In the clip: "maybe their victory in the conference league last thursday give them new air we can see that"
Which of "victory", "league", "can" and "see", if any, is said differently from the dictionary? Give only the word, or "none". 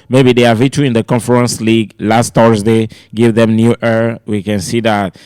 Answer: victory